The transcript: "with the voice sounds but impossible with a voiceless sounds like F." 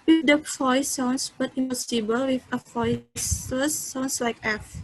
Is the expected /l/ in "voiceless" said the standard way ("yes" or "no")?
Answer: no